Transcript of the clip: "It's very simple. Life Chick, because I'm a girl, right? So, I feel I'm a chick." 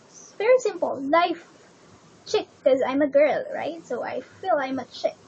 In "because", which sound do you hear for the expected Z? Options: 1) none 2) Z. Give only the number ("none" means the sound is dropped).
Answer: 1